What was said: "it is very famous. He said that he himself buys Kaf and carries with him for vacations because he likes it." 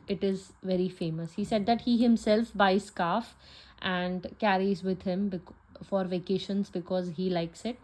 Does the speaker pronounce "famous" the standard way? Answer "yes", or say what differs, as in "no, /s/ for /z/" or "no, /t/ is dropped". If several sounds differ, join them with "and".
yes